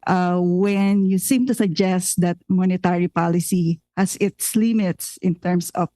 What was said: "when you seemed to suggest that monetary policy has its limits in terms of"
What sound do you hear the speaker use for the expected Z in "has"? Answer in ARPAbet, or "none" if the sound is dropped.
S